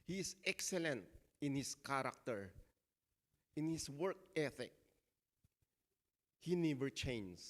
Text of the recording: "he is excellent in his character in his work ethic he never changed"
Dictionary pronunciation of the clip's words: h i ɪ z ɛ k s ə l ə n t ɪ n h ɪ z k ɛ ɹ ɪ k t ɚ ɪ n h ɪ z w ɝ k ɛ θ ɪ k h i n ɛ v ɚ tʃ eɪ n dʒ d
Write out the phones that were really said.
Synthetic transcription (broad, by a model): h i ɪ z ɛ k s ə l ə n t ɪ n h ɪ s k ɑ ɹ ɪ k t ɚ ɪ n h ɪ s w ɝ k ɛ θ ɪ k h i n ɛ v ɚ tʃ eɪ n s